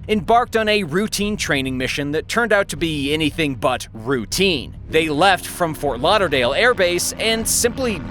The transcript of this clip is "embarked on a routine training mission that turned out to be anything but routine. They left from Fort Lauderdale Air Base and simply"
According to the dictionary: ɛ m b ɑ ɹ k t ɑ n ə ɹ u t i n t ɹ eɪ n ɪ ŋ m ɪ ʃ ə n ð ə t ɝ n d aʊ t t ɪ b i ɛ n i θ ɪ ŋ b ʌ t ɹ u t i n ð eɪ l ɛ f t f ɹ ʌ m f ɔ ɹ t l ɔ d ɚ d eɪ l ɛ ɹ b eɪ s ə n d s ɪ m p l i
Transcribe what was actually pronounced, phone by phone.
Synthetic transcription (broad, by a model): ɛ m b ɑ ɹ k t n ə ɹ u t i n t ɹ eɪ n ɪ ŋ m ɪ ʃ ə n ð ə t ɝ n d aʊ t t ɪ b i ɛ n i θ ɪ ŋ b ʌ t ɹ u t i n ð eɪ l ɛ f t f ɹ ʌ m f ɔ ɹ t l ɔ d ɚ d eɪ l ɛ ɹ b eɪ s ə n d s ɪ m p l i